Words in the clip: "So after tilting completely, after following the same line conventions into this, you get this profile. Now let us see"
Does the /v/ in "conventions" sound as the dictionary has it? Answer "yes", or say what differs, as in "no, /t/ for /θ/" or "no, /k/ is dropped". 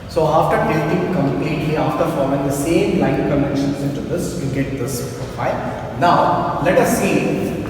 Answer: no, /v/ is dropped